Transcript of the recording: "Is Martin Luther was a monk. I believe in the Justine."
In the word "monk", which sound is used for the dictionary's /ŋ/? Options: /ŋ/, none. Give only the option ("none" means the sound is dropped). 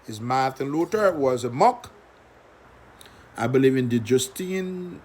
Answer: none